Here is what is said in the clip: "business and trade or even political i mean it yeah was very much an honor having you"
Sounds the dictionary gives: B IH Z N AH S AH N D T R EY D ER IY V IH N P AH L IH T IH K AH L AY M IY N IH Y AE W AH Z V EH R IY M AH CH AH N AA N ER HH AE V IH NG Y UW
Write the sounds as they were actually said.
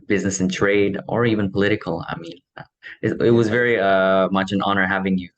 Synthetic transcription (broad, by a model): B IH Z N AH S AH N T R EY D ER IY V IH N P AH L IH T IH K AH L AY M IY N IH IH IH W AH Z V EH R IY M AH CH AH N AA N ER HH AE V IH NG Y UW